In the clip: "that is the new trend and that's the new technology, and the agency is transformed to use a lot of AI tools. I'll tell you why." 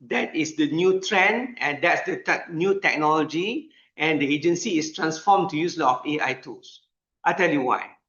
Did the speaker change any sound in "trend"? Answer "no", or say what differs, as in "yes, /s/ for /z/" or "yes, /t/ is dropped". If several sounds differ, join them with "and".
yes, /d/ is dropped